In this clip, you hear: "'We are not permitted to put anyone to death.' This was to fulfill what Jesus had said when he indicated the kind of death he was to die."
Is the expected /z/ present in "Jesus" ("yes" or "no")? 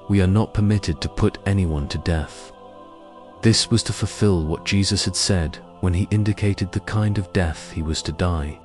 yes